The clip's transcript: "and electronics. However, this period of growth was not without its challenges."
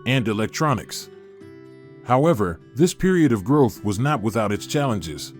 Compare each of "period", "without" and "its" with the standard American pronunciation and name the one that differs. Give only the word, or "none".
none